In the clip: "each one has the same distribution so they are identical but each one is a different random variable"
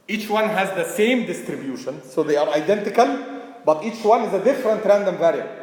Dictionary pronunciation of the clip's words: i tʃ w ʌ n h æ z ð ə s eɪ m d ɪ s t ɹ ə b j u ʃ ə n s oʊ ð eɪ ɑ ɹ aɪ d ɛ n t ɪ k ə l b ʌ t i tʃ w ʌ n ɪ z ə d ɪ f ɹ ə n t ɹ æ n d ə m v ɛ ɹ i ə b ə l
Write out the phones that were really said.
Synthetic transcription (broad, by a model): i tʃ w ʌ n h æ z ð ə s eɪ m d ɪ s t ɹ ə b j u ʃ ə n s oʊ ð eɪ ɑ ɹ aɪ d ɛ n t ɪ k ə l b ʌ t i tʃ w ʌ n ɪ z ə d ɪ f ɹ ə n t ɹ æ n d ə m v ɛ ɹ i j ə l